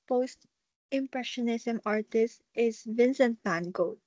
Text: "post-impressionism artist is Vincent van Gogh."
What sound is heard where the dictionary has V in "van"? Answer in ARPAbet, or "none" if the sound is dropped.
P